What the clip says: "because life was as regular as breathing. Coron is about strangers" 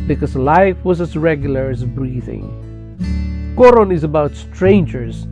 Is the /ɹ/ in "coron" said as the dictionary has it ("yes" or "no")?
yes